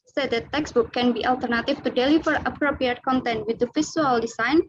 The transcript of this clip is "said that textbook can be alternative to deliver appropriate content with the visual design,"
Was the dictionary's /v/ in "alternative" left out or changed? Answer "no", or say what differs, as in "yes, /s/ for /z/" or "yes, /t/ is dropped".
yes, /f/ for /v/